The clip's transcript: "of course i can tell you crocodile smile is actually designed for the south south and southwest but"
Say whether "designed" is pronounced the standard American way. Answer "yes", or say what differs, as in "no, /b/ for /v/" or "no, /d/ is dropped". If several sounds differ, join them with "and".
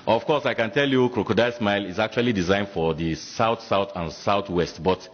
yes